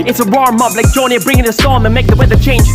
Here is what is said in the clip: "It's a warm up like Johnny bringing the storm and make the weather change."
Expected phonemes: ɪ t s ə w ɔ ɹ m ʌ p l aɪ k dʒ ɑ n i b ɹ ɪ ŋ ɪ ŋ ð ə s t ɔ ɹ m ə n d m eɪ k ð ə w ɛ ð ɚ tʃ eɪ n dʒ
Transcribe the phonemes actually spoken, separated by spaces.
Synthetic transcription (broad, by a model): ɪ t s ə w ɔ ɹ m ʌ b l aɪ k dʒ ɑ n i b ɹ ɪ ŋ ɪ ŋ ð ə s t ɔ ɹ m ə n m eɪ k ð ə w ɛ ð ɚ tʃ eɪ n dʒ